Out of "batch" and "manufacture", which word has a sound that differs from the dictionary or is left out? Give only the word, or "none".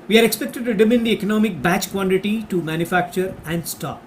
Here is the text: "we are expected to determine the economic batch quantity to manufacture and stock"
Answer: none